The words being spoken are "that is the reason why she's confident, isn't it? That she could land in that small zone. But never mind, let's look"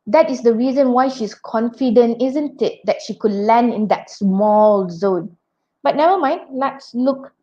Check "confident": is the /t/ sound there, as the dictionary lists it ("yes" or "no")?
yes